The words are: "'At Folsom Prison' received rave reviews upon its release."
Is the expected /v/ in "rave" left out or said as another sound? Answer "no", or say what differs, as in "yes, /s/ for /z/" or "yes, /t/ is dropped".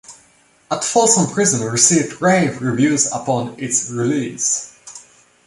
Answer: no